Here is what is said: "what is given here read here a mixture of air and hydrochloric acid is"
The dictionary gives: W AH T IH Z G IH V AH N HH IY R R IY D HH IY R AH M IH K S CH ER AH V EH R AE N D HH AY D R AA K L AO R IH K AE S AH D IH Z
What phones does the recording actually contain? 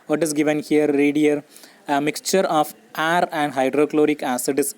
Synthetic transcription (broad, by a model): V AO T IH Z G IH V AH N HH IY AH R IY D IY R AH M IH K S CH ER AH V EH R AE N D HH AY D R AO K L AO R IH K AE S AH D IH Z